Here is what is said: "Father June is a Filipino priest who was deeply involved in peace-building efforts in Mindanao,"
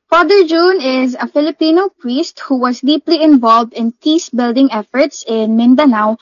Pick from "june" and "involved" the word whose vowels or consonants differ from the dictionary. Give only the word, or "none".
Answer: none